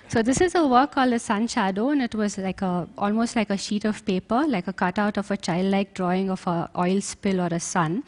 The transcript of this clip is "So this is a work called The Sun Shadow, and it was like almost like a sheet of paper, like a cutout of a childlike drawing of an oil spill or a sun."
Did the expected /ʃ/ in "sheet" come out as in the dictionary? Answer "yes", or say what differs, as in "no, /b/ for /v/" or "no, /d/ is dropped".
yes